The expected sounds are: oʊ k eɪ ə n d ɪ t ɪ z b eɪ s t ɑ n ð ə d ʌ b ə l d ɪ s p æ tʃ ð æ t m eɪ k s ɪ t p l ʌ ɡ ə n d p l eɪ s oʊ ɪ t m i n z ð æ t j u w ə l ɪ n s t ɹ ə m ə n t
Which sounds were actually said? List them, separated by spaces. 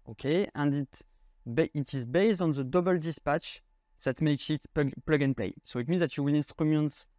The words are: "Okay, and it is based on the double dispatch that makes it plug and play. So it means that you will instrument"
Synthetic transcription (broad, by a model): oʊ k eɪ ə n d ɪ t ɪ z b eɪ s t ɑ n ð ə d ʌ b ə l d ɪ s p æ tʃ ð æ t m eɪ k s ɪ t p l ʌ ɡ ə n p l eɪ s oʊ ɪ t m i n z ð æ t j u w ə l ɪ n s t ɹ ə m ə n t